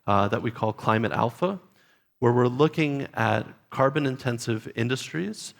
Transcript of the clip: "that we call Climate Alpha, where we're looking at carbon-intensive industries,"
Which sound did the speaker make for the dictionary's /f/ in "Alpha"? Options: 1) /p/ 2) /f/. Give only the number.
2